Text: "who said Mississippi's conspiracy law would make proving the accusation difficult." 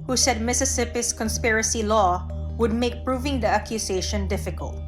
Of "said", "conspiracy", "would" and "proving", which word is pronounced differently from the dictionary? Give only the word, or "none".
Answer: none